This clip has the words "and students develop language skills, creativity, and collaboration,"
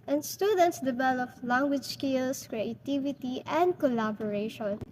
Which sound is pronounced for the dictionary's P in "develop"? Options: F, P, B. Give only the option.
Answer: F